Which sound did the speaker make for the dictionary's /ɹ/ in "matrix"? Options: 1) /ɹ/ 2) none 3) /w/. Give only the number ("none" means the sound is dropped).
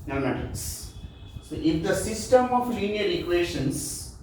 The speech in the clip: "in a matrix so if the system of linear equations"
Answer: 2